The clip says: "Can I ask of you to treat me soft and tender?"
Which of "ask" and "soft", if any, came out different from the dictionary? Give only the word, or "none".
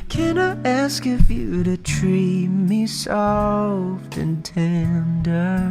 none